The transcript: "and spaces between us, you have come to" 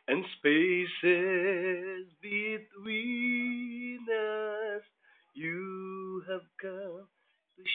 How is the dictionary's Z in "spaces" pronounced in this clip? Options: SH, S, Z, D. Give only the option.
Z